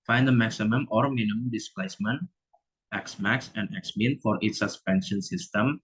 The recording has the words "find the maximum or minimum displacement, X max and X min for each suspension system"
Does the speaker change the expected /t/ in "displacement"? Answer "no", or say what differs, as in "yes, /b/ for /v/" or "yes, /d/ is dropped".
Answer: no